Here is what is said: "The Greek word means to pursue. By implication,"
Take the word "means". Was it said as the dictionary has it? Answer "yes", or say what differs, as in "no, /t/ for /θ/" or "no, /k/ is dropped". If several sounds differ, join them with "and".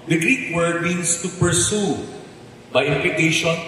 no, /s/ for /z/